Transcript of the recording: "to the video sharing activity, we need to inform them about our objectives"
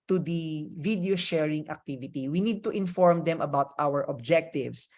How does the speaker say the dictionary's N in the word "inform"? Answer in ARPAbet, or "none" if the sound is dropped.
N